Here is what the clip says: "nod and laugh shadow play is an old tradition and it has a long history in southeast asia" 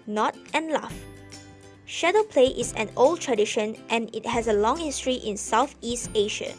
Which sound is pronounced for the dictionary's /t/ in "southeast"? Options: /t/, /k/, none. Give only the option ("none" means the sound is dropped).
/t/